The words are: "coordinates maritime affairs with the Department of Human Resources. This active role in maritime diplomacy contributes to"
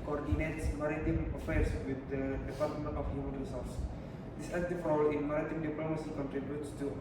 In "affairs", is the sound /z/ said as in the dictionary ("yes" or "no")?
no